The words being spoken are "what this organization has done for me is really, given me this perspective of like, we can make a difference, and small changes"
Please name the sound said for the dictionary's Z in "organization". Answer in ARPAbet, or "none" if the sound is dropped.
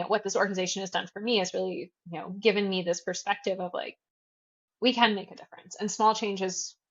Z